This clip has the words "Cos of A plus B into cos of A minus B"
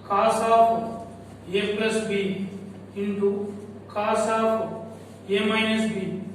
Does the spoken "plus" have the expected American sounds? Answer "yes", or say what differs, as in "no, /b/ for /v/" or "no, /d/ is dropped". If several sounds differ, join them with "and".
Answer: no, /l/ is dropped